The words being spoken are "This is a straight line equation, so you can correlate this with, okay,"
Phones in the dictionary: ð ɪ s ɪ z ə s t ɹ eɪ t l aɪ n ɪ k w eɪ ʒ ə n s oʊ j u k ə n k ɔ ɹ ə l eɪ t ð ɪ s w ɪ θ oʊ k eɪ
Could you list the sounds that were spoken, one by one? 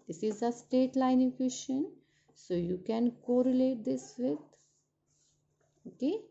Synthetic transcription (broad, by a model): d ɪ s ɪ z ə s t eɪ t l aɪ n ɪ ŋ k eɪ ʃ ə n s oʊ j u k ə n k ɔ ɹ ə l eɪ t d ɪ s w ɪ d oʊ k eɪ